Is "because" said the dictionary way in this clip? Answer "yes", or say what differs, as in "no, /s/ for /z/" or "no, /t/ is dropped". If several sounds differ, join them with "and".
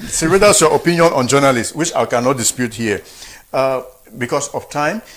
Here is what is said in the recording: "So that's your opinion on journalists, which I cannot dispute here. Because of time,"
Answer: no, /s/ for /z/